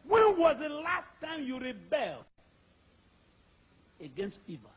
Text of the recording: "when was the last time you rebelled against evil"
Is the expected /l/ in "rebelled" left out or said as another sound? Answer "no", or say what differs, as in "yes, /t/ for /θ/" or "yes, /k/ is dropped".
no